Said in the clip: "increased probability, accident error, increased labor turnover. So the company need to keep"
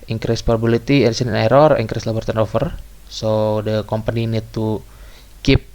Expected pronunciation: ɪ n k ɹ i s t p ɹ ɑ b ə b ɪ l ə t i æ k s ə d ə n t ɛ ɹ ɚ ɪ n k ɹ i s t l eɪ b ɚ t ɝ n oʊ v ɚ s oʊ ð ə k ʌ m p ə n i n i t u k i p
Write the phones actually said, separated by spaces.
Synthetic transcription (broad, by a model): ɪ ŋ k ɹ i s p ɑ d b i l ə t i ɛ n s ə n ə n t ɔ ɹ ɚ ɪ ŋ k ɹ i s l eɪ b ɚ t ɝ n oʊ f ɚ s oʊ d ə k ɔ m p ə n i n i t u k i p